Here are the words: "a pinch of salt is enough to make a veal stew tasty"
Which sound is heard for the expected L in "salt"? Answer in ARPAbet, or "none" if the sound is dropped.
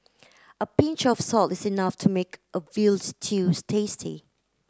L